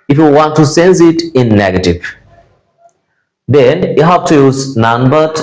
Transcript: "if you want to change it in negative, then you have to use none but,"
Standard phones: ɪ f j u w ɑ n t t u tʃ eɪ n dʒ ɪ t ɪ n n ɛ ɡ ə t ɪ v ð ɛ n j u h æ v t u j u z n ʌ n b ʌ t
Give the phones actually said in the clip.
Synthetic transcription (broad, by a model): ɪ f j u w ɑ n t t u s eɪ n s ɪ t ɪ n n ɛ ɡ ə t ɪ v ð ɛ n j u h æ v t u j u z n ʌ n b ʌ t